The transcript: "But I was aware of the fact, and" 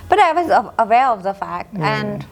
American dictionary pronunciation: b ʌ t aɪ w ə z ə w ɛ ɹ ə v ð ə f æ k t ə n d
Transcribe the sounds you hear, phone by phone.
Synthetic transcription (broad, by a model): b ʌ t aɪ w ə z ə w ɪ l ə v ð ə f æ k t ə n